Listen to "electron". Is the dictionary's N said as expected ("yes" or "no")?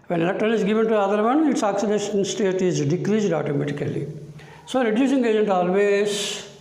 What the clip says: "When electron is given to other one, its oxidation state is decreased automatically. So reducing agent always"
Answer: no